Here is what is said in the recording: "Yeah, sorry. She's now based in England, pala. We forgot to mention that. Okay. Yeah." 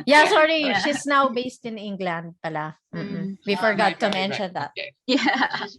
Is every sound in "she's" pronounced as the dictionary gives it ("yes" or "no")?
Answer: no